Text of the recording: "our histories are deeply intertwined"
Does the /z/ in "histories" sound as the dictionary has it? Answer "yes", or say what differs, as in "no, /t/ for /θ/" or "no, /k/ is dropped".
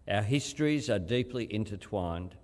yes